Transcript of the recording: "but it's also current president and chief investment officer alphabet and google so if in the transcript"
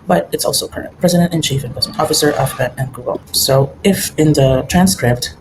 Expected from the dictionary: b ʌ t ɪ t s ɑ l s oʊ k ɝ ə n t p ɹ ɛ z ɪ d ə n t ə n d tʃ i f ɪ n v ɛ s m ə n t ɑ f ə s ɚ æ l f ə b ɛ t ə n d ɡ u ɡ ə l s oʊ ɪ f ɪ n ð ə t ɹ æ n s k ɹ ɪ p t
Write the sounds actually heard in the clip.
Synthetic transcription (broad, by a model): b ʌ t ɪ t s ɑ l s oʊ k ɝ ə n t p ɹ ɛ z ɪ d ə n t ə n tʃ i f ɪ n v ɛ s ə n ɑ f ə s ɚ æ f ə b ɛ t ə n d ɡ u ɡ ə l s oʊ ɪ f ɪ n ð ə t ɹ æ n s k ɹ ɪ p t